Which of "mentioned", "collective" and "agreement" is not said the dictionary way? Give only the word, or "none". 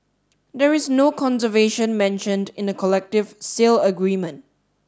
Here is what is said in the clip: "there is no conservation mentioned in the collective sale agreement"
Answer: none